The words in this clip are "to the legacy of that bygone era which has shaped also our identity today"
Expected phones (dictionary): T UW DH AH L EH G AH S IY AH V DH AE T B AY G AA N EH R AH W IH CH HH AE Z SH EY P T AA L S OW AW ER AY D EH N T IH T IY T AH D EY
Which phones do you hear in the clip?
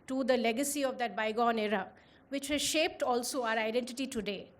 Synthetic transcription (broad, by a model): T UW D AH L EH G AH S IY AH V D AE T B AY G AA N EH R AH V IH CH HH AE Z SH EY P T AA L S OW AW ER AY D EH N T IH T IY T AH D EY